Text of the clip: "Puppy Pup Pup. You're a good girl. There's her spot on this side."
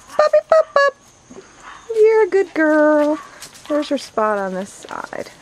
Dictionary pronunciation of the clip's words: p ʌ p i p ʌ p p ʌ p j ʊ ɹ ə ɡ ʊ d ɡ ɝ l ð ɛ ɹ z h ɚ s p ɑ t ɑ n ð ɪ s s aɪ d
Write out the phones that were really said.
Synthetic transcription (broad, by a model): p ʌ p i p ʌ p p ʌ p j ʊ ɹ ə ɡ ʊ d ɡ ɝ l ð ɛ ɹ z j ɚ s p ɑ t n ð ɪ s s aɪ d